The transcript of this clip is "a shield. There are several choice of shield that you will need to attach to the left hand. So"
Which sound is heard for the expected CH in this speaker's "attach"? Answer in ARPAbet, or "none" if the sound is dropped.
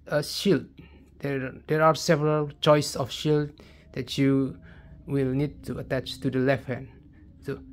CH